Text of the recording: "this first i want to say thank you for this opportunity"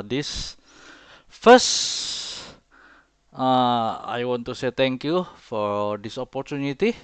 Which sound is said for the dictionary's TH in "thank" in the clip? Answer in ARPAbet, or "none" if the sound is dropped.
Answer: T